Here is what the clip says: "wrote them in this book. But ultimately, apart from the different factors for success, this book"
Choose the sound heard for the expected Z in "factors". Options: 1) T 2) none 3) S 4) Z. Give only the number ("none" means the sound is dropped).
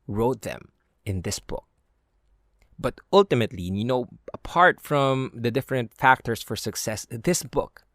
3